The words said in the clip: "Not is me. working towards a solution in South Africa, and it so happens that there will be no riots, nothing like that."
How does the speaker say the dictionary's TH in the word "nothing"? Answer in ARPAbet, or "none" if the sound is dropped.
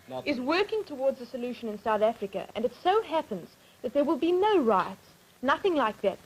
TH